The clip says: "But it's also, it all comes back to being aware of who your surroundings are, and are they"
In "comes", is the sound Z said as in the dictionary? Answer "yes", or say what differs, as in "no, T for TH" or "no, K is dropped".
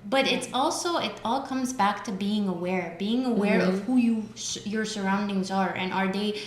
yes